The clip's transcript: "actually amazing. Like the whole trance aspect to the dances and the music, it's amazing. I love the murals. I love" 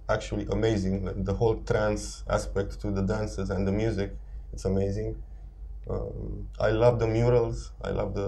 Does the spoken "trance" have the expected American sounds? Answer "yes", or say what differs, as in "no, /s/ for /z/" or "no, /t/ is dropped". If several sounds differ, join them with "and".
yes